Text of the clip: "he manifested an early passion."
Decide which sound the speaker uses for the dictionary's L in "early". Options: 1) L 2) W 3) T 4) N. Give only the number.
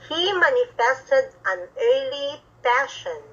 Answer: 1